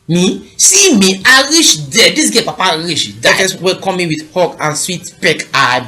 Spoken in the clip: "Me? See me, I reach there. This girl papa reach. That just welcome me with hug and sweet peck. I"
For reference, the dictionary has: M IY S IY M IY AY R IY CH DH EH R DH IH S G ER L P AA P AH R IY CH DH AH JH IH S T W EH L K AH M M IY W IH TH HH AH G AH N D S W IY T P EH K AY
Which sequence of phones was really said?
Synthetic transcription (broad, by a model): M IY S IY M IY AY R IY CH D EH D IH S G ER P AA P AH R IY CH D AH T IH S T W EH K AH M M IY W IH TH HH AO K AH N S W IY T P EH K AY